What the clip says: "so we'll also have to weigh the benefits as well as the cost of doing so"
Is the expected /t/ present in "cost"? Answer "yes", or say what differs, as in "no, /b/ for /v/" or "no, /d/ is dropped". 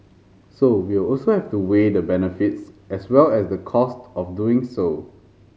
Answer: yes